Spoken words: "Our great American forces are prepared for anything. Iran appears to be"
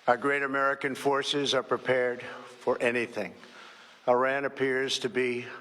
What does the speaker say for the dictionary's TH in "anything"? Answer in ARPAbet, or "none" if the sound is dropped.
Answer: TH